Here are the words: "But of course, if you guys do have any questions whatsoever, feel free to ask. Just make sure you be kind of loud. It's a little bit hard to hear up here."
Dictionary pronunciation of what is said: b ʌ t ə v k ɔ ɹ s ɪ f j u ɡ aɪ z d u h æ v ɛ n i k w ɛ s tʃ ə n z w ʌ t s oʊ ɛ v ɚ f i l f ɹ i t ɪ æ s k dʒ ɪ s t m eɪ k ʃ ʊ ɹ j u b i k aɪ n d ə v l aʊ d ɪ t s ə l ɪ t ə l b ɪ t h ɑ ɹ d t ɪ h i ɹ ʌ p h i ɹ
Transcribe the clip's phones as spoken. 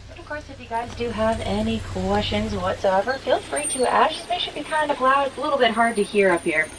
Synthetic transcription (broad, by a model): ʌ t ə v k ɔ ɹ s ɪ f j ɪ ɡ aɪ z d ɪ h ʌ v ɛ n i k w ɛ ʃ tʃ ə n z w ʌ t s oʊ ɛ v ɚ f i l f ɹ i t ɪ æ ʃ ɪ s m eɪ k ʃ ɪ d b i k aɪ n d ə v l aʊ d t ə l ɪ t l b ɪ t h ɑ ɹ d t ɪ h i ɹ ʌ p h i ɹ